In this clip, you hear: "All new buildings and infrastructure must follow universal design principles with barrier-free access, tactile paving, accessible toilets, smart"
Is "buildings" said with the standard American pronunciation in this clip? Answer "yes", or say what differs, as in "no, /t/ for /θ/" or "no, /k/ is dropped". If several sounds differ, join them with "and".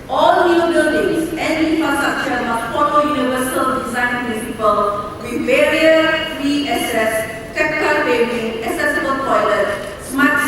no, /l/ is dropped